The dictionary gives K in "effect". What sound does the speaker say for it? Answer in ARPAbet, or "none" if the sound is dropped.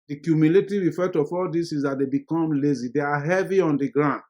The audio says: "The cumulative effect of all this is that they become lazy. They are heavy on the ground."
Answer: none